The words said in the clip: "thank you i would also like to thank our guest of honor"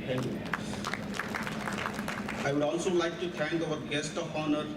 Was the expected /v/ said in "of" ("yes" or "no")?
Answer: no